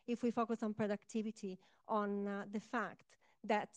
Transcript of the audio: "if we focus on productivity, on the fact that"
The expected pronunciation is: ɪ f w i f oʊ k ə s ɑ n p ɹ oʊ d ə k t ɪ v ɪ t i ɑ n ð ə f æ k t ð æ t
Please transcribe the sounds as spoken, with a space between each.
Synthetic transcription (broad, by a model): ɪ f w i f oʊ k ə s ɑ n p ɹ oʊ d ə k t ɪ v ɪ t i ɑ n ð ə f æ k t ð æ t